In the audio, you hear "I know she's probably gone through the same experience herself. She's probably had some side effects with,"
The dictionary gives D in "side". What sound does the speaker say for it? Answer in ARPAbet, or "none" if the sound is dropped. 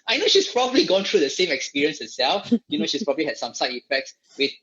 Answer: none